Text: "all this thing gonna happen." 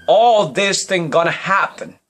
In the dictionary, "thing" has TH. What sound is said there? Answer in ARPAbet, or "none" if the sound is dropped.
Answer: TH